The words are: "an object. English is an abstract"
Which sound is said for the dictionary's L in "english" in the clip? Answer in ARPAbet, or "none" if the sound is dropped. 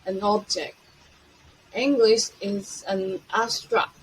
L